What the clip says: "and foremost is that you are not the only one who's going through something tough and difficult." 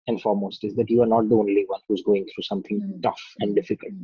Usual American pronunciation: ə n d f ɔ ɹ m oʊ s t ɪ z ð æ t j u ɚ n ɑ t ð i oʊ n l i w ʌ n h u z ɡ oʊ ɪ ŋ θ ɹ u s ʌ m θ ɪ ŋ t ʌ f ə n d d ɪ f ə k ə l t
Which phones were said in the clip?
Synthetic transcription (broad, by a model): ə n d f ɔ ɹ m oʊ s t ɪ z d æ t j u ɚ n ɑ t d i oʊ n l i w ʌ n h u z ɡ oʊ ɪ ŋ t ɹ u s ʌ m t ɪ ŋ t ʌ f ə n d d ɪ f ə k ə l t